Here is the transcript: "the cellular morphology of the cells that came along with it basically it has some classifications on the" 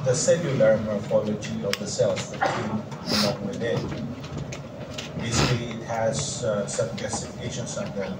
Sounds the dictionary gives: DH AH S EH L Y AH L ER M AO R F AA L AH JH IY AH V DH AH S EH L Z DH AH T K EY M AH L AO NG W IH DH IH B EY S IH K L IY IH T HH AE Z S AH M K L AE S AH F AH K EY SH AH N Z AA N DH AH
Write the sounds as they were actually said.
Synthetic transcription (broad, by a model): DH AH S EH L Y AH L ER M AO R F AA L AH JH IY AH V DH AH S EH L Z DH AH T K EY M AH N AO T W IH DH IH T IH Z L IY IH T HH AE Z S AH M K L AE S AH F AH K EY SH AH N S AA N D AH